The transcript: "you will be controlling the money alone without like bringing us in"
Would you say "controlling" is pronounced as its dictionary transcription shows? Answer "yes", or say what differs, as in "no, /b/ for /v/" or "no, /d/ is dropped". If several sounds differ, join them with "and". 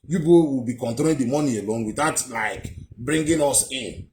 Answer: no, /ɹ/ is dropped